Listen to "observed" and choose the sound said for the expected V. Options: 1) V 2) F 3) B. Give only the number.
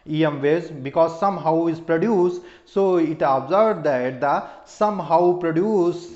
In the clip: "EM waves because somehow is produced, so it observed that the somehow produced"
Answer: 3